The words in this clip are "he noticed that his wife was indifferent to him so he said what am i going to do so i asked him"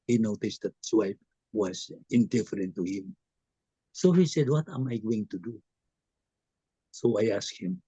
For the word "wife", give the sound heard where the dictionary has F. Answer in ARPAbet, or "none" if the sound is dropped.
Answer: P